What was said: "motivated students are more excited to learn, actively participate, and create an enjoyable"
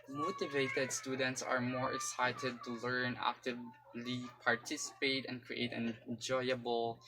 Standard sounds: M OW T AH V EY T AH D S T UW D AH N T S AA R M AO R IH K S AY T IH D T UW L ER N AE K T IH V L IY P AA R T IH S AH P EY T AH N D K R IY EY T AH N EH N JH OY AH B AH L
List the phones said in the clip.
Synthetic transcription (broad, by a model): M OW T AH V EY T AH D S T UW D AH N T S AA R M AO R IH K S AY T IH D T UW L ER N AE K T IH V L IY P AA R T IH S AH P EY T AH N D K R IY EY AH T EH N JH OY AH B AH L